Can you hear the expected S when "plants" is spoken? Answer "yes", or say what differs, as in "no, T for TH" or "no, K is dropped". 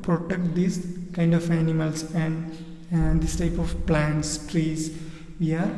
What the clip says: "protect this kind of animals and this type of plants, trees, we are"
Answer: yes